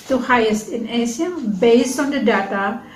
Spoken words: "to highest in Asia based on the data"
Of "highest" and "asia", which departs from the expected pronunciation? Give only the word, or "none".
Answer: asia